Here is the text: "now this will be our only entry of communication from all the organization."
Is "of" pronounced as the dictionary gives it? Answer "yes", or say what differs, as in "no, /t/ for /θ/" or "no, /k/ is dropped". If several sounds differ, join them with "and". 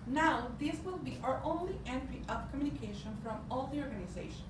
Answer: no, /p/ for /v/